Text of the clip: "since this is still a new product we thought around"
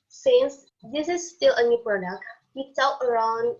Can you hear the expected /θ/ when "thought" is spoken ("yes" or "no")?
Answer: no